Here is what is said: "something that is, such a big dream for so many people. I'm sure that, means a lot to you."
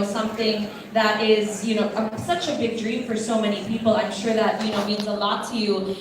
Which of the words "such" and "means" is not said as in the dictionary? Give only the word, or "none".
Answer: none